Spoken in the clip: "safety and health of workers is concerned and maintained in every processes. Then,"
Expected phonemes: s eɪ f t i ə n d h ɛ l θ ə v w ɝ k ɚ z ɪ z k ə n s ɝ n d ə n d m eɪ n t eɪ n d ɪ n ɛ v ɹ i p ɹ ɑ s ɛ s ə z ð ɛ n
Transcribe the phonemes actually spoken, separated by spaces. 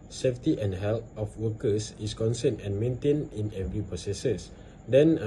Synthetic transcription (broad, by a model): s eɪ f t i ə n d h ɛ l t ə f w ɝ k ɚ s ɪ s k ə n s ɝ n ə n m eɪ n t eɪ n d ɪ n ɛ v ɹ i p ɹ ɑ s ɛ s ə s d ɛ n